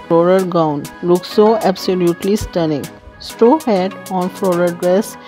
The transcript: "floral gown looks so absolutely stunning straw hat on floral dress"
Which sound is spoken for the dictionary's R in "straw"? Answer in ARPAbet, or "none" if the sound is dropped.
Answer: none